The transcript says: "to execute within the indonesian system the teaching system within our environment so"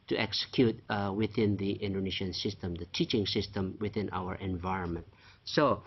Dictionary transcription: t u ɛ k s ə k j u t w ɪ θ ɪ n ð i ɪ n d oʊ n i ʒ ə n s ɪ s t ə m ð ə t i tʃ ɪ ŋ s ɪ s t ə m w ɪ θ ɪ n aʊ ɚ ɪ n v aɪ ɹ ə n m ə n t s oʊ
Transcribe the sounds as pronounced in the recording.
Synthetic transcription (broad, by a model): t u ɛ k s ə k j u t w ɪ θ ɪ n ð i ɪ n d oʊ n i ʃ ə n s ɪ s t ə m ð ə t i tʃ ɪ ŋ s ɪ s t ə m w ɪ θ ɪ n aʊ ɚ ɪ n v aɪ ɹ ə n m ə n t s oʊ